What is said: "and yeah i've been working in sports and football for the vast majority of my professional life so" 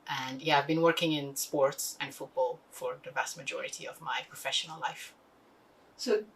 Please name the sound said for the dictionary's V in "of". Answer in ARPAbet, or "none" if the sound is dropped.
V